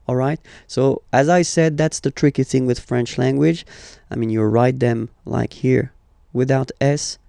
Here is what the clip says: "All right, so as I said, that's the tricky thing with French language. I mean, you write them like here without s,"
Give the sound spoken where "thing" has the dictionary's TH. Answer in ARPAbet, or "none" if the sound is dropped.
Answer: TH